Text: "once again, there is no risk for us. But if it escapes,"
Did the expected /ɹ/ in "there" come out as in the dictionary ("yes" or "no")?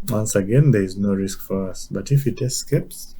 yes